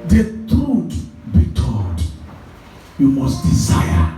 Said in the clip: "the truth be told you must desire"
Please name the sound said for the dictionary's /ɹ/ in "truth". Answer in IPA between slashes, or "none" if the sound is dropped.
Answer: none